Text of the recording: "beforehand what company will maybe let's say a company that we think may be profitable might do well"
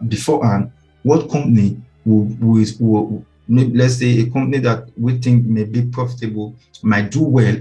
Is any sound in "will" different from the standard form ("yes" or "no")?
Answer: yes